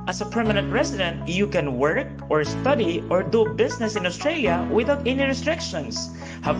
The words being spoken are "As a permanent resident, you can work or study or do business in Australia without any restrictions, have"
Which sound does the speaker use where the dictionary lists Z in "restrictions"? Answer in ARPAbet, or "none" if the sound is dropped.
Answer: S